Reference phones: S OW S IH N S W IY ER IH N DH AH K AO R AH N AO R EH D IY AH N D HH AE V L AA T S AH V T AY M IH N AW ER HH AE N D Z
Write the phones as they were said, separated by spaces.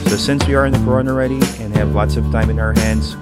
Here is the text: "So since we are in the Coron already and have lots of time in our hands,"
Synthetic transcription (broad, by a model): S OW S IH N S W IY ER IH N DH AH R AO AH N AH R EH D IY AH N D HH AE V L AA T S AH V T AY M IH N AW ER HH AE N D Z